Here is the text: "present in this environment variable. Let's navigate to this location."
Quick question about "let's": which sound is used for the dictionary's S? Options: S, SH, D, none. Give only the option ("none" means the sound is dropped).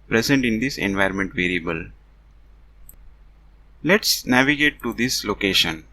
S